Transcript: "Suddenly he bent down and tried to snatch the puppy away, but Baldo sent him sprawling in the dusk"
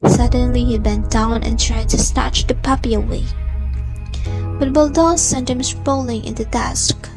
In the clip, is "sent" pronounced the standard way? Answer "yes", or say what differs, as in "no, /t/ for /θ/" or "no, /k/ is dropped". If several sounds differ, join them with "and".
yes